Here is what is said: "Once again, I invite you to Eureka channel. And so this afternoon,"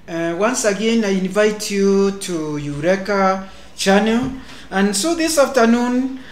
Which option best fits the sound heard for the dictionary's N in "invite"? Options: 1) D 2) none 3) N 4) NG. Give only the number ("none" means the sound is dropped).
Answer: 3